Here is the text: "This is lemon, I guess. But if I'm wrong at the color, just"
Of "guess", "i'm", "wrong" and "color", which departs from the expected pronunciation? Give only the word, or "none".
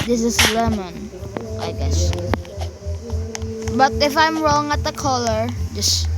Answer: none